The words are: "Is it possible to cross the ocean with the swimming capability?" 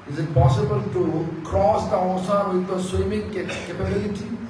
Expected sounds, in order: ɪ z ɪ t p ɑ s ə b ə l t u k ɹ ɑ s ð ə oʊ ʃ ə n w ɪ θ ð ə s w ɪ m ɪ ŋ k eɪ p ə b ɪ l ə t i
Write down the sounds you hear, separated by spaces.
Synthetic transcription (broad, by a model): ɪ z ɪ t p ɑ s ə b ə l t u k ɹ ɑ s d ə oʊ s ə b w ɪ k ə s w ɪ m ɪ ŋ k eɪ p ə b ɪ l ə t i